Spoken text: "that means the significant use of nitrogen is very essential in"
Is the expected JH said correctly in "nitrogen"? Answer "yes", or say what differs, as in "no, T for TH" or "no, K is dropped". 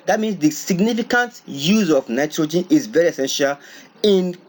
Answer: yes